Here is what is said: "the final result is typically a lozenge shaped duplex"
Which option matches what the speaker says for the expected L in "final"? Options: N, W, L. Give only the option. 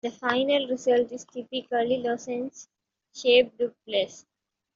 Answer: L